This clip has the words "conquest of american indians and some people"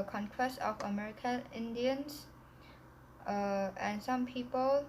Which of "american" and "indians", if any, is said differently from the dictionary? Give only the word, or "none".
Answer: indians